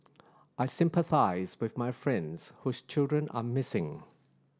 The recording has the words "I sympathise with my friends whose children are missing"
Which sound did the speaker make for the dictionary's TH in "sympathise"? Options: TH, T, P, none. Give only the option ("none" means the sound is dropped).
TH